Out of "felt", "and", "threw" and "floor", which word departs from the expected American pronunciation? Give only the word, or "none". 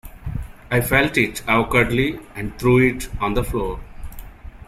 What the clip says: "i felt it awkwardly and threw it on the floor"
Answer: threw